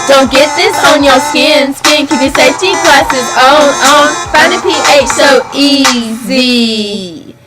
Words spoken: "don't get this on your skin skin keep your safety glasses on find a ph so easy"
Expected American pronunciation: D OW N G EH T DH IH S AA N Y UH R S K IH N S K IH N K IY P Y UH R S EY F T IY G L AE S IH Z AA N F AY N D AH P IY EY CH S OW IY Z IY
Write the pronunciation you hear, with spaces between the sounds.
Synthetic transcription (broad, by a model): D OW N G EH T DH IH S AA N Y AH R S K IH N S K IH N K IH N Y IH S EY T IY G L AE S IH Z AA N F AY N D AH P IY EY CH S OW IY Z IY